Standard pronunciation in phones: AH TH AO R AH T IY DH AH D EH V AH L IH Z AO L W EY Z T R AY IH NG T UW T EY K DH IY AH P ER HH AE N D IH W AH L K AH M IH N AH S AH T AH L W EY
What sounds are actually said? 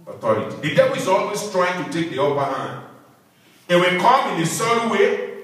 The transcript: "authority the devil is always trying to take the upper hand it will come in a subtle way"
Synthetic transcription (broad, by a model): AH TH AO R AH T IY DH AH D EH B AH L IH Z AO L W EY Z T R AY IH NG T UW T EY K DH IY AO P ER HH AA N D IH W AH L K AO M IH N AH S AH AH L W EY